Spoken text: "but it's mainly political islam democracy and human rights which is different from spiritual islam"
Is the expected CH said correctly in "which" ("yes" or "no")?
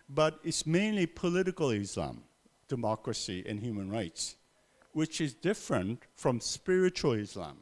yes